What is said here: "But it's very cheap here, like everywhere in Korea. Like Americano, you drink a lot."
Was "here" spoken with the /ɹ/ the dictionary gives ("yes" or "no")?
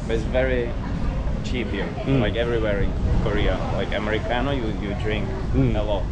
no